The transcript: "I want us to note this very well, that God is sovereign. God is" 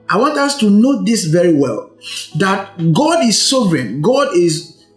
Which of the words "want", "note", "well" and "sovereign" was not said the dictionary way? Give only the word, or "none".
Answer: none